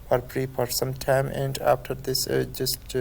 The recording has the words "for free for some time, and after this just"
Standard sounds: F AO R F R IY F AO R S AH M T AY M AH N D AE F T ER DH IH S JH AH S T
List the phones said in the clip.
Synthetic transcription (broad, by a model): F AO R P R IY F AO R S AH M T AY M AH N D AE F T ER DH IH S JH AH S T